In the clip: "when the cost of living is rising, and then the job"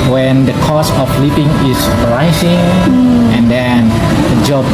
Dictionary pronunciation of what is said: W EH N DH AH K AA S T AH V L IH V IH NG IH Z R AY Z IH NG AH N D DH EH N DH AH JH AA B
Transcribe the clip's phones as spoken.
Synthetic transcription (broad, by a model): W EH N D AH K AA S AH F L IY P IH NG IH S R AY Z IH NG AH N D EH N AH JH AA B